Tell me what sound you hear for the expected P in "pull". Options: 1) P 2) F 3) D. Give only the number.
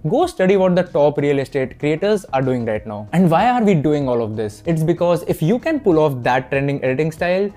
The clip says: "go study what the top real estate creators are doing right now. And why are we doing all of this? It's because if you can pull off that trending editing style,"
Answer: 1